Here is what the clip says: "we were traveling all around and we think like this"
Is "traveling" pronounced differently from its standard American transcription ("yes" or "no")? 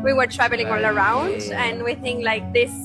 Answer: no